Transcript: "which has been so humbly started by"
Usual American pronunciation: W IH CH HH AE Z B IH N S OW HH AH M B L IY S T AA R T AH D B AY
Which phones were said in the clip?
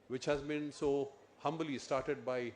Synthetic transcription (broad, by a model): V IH CH HH AE Z B IH N S OW HH AH M B L IY S T AA R T AH D B AY